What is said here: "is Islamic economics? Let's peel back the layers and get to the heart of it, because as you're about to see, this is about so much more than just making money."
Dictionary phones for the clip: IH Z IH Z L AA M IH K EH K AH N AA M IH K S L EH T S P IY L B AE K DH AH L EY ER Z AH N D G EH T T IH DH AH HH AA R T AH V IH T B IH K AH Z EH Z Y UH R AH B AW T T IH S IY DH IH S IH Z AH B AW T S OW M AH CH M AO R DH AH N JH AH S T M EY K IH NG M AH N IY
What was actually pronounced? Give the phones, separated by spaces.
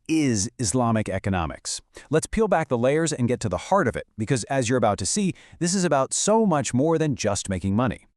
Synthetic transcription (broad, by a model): IH Z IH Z L AA M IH K EH K AH N AA M IH K S L EH T S P IY L B AE K DH AH L EY ER Z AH N G EH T T IH DH AH HH AA R T AH V IH T B IH K AH Z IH Z Y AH R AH B AW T T IH S IY DH IH S IH Z AH B AW T S OW M AH CH M AO R DH AH N JH AH S T M EY K IH NG M AH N IY